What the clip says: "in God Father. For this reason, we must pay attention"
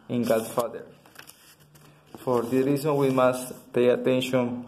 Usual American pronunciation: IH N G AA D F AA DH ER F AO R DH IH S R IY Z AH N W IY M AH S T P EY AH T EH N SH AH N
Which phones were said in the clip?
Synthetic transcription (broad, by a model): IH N G AA D F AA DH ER F AO R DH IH R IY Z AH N W IY M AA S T P EY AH T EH N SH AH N